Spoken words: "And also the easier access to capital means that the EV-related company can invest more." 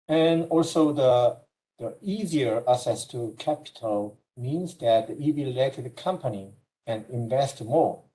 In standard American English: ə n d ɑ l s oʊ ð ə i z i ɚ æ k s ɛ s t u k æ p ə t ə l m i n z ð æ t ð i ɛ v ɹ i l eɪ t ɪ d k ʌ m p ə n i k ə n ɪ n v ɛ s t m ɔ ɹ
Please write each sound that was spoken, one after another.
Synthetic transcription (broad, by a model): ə n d ɑ l s oʊ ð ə i z i ɚ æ s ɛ s t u k æ p ə t ə l m i n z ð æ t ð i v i l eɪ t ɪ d k ʌ m p ə n i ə n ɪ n v ɛ s t m ɔ ɹ